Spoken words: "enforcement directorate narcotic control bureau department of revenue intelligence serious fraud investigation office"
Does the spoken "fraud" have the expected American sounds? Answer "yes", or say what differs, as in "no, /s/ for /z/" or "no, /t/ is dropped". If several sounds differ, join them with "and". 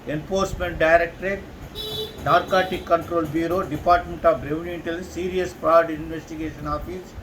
no, /p/ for /f/